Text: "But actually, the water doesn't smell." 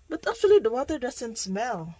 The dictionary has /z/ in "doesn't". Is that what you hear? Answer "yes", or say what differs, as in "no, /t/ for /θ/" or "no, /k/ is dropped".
no, /s/ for /z/